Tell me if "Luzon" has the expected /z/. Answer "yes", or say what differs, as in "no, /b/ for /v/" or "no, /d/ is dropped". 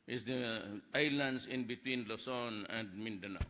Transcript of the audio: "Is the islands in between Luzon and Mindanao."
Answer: no, /s/ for /z/